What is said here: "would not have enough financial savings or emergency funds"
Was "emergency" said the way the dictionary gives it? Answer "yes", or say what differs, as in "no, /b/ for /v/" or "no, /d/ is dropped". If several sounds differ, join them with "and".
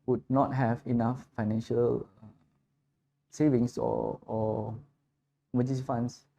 no, /n/ is dropped